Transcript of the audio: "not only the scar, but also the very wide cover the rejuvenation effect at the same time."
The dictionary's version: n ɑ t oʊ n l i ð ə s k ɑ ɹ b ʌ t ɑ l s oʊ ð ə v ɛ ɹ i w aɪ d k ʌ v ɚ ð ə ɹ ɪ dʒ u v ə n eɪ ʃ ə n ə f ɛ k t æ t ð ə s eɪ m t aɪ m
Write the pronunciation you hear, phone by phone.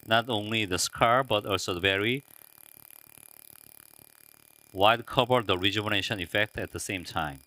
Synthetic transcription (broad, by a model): n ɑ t oʊ n l i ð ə s k ɑ ɹ b ʌ t ɑ l s oʊ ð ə v ɛ ɹ i w aɪ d k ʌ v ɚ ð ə ɹ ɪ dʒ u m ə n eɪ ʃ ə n ə f ɛ k t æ t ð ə s eɪ m t aɪ m